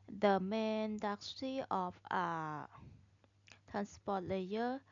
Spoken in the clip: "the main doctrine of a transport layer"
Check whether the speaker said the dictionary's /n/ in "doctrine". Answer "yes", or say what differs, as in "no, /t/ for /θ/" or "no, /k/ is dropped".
no, /n/ is dropped